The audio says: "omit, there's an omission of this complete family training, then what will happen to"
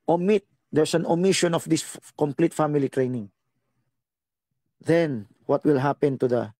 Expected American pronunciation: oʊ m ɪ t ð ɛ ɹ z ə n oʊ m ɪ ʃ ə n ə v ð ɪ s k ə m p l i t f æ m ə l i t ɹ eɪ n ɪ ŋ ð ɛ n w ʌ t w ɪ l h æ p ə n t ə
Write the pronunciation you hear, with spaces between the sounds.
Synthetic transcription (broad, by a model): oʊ m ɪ t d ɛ ɹ s ə n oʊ m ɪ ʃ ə n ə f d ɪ s k ə m p l i t f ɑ m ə l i t ɹ eɪ n ɪ ŋ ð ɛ n w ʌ t w ɪ l h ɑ p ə n t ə